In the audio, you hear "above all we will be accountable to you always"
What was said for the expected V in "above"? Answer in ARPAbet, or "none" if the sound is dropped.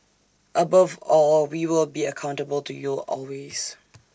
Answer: V